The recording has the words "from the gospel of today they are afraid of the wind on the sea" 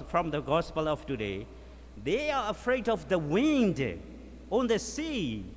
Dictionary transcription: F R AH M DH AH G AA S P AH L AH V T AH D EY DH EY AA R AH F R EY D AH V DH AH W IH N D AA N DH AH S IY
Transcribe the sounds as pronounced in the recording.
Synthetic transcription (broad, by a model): F R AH M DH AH G AA S P AH L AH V T AH D EY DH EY AA R AH F R EY D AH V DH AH W IH N D AA N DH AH S IY